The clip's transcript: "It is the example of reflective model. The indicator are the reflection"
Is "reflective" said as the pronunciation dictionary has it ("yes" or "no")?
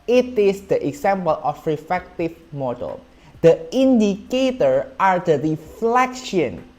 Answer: no